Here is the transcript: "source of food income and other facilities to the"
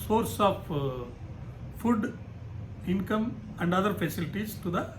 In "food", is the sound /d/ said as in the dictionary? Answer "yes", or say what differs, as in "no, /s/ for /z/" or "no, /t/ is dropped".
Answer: yes